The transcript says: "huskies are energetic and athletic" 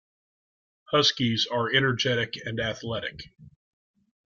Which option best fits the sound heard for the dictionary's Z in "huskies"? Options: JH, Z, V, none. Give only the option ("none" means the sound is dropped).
Z